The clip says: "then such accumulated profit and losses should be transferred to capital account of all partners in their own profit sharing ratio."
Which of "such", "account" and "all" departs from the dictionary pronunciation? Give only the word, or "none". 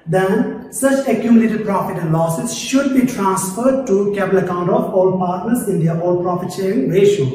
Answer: none